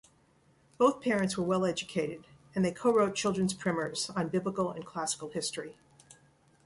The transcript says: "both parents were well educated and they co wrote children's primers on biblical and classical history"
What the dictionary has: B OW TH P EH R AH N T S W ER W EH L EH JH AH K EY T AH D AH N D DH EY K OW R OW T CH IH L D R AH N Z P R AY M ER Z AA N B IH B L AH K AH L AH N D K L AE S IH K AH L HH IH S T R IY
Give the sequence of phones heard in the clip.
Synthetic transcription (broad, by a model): B OW TH P EH R AH N T S W ER W EH L EH JH AH K EY T AH D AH N DH EY K OW R OW T CH IH L D R AH N Z P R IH M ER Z N B IH B L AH K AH L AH N K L AE S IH K L HH IH S T R IY